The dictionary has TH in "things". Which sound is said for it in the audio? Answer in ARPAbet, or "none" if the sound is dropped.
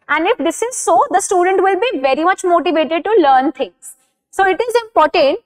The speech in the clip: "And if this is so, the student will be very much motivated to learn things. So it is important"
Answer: T